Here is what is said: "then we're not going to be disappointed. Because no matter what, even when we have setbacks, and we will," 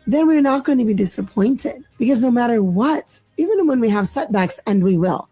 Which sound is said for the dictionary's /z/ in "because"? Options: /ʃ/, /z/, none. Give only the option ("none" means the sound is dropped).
/z/